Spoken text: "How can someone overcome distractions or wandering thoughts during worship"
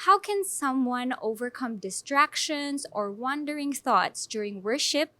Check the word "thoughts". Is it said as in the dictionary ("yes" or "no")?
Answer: yes